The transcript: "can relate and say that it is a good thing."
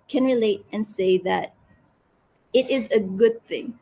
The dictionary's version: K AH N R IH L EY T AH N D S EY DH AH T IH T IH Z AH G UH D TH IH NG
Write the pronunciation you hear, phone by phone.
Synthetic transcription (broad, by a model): K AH N R IH L EY T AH N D S EY DH AH T IH T IH Z AH G UH D TH IH NG